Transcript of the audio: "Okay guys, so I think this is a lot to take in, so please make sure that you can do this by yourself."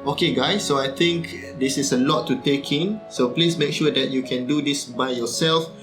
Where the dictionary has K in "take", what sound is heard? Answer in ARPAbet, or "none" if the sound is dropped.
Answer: K